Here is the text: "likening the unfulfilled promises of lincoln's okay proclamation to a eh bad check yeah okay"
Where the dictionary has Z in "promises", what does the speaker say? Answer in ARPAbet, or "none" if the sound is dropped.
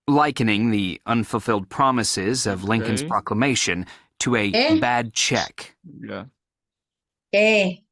Z